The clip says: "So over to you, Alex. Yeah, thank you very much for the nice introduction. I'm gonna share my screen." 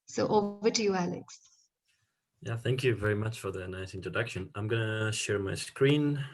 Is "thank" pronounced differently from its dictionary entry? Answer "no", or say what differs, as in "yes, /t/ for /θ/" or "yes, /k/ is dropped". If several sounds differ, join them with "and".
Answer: no